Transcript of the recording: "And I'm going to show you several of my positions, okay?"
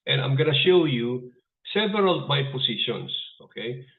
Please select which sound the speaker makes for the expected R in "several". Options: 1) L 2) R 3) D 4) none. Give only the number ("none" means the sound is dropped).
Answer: 4